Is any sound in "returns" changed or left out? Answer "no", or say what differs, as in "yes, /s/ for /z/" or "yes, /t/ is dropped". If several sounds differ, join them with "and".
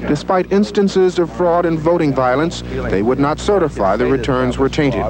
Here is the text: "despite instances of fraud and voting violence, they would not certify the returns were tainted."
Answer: no